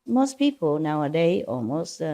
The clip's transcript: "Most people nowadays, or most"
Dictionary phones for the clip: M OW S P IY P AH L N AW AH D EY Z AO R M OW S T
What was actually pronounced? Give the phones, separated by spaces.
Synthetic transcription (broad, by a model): M OW S P IY P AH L N AW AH D EY AO L M OW S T